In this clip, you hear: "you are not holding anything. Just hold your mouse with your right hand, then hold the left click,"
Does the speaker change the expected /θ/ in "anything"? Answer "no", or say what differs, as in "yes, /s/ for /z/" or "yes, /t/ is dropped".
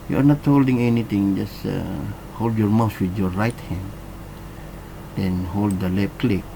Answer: yes, /t/ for /θ/